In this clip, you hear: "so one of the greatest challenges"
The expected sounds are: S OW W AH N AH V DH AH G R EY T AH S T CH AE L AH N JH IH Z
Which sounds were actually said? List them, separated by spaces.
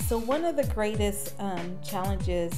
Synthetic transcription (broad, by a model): S OW W AH N AH V DH AH G R EY T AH S T CH AE L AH N JH IH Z